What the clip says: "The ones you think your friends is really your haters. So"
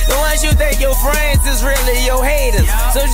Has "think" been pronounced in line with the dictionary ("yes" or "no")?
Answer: no